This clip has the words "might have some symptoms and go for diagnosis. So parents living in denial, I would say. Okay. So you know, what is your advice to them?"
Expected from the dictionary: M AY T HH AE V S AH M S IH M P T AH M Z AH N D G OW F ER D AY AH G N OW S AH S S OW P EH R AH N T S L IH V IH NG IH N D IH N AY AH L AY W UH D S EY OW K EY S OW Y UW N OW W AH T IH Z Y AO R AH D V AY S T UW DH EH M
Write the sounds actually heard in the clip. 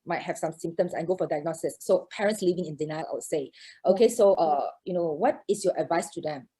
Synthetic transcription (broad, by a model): M AY T HH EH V S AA M S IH M T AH M S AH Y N G OW F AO D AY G N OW S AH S S OW P EH R AH N T S L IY V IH NG IH N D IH N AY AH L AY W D S EY OW K EY S OW Y UW N OW W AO T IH S Y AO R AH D V AY S T UW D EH M